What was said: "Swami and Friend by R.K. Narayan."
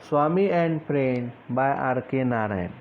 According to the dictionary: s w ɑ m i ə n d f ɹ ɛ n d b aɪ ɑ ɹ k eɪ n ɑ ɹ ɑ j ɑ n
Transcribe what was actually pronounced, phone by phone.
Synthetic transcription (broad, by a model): s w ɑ m i ə n d p ɹ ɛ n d b aɪ ɑ ɹ k eɪ n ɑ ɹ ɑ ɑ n